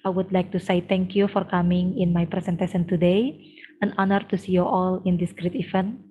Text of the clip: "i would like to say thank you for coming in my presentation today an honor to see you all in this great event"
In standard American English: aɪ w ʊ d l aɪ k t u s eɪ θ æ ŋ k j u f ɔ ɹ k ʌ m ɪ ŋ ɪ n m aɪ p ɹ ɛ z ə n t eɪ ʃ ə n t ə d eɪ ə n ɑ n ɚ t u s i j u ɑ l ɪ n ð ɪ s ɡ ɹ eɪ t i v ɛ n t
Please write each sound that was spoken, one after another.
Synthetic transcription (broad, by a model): aɪ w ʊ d l aɪ k t u s eɪ t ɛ ŋ k j u f ɔ ɹ k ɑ m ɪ ŋ ɪ n m aɪ p ɹ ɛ s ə n t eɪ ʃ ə n t ə d eɪ ə n ɑ n ɚ t u s i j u ɑ l ɪ n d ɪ s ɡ ɹ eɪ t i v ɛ n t